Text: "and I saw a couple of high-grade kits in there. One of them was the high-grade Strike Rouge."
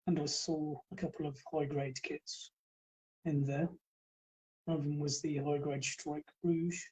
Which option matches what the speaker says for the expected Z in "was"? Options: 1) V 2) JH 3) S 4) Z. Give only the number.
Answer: 4